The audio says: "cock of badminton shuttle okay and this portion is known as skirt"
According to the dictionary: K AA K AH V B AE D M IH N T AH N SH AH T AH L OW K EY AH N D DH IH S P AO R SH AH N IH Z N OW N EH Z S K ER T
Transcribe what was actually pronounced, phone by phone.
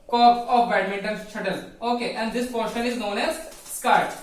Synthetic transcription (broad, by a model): K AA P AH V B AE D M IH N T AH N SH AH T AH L OW K EY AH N D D IH S P AO R SH AH N IH Z N OW N EH Z S K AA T